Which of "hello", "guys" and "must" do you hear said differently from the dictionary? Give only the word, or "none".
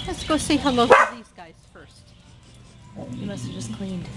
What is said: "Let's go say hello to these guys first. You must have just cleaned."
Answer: hello